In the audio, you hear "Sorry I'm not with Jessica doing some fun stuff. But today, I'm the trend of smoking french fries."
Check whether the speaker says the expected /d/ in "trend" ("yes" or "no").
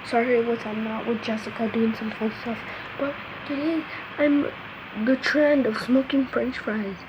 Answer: yes